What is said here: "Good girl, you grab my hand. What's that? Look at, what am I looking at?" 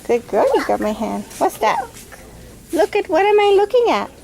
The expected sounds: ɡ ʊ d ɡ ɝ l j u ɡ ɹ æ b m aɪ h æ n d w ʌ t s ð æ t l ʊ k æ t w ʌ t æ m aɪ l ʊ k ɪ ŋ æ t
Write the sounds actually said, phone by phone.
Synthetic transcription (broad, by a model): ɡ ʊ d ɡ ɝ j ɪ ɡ ɑ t m aɪ h æ n d w ʌ t s ð æ t l ʊ k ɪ t w ʌ t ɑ m aɪ l ʊ k ɪ ŋ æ t